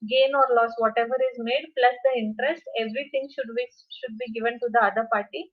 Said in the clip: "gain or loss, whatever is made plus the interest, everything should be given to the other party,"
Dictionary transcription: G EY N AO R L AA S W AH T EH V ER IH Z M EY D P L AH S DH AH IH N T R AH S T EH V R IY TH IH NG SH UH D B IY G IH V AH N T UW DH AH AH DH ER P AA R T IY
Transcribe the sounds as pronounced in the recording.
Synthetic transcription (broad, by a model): G EY N AO R L AA S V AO T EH V ER IH Z M EY D P L AH S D AH IH N T R AH S T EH V R IY T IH NG SH UH D B IY G IH V AH N T UW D AH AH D ER P AA R T IY